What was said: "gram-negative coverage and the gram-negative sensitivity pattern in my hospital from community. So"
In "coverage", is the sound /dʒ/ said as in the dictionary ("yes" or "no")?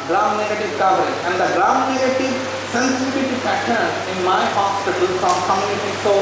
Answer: no